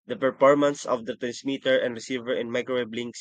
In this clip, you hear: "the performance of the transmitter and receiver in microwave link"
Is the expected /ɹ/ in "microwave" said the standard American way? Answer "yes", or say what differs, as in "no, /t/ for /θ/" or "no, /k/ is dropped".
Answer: no, /ɹ/ is dropped